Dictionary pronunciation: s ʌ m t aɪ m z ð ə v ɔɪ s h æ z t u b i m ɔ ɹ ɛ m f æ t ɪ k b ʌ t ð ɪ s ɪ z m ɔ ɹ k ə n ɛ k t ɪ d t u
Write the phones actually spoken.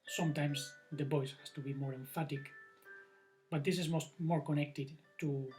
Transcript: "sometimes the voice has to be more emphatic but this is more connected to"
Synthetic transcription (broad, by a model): s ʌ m t aɪ m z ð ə b ɔɪ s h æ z t u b i m ɔ ɹ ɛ m f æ t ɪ k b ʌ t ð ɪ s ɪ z m ɔ ɹ k ə n ɛ k t ɪ d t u